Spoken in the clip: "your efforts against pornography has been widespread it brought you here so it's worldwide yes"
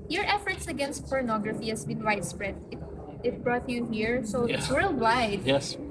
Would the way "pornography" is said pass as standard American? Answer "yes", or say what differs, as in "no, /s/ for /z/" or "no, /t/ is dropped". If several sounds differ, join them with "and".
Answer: yes